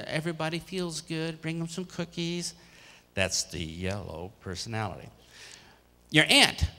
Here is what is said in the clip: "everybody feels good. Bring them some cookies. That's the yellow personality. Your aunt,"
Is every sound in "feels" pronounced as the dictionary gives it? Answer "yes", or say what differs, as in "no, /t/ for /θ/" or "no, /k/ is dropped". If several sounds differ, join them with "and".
yes